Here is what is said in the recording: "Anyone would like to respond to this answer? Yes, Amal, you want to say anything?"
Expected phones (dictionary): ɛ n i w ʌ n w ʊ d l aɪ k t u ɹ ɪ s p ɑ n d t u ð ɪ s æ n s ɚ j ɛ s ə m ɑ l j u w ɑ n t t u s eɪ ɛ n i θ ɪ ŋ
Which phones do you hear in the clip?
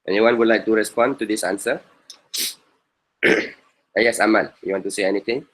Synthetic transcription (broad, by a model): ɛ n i w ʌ n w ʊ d l aɪ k t u ɹ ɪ s p ɑ n t u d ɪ s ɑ n s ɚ j ɛ s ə m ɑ n j u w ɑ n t t u s eɪ ɛ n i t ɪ ŋ